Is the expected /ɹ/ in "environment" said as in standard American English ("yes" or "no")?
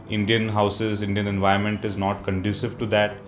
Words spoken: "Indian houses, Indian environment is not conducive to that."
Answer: no